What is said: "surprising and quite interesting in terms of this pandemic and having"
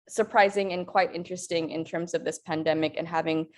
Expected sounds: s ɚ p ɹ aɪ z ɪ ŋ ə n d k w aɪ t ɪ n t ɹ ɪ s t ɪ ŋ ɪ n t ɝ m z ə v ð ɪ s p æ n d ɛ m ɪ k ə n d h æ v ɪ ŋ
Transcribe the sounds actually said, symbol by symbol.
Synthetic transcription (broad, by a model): s ɚ p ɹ aɪ z ɪ ŋ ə n k w aɪ t ɪ n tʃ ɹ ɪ s t ɪ ŋ ɪ n t ɝ m z ə v ð ɪ s p æ n d ɛ m ɪ k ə n h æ v ɪ ŋ